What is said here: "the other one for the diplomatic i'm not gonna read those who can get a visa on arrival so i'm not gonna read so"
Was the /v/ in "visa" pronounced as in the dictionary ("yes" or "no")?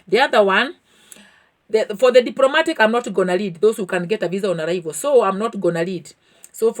yes